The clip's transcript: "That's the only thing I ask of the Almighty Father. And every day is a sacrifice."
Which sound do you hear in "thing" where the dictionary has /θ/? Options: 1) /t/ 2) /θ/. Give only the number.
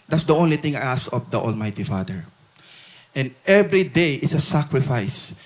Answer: 1